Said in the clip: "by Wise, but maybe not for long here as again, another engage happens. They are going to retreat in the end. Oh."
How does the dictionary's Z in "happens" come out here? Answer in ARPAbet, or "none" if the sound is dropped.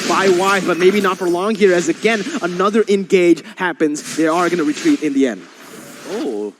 Z